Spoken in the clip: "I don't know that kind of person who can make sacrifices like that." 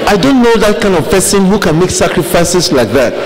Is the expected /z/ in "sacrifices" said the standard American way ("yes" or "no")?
no